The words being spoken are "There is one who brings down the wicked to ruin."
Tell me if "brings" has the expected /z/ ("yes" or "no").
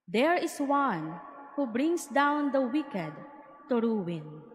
no